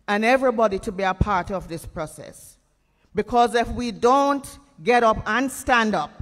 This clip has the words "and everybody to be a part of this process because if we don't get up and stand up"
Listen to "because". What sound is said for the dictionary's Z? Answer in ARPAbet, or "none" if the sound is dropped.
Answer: Z